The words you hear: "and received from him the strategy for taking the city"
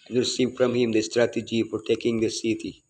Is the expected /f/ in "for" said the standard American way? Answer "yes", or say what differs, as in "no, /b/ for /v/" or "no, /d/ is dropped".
no, /p/ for /f/